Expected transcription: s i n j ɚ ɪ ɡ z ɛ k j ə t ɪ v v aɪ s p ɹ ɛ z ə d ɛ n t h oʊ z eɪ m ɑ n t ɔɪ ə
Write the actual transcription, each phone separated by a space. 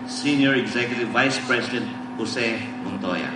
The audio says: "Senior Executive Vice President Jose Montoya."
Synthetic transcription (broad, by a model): s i n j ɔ ɪ ɡ z ɛ k j ə t ɪ v v aɪ s p ɹ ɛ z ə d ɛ n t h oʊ s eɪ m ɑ n t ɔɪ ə